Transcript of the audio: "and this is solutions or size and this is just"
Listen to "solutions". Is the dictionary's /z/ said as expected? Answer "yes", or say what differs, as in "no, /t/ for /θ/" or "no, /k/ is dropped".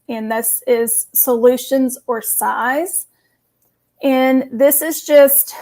yes